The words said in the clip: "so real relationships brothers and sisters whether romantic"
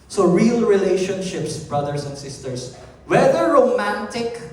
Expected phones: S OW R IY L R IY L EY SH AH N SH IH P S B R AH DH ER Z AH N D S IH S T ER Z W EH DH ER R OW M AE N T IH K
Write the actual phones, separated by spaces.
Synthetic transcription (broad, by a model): S OW R IY L R IY L EY SH AH N SH IH P S B R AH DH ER S AH N D S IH S T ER S W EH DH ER R OW M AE N T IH K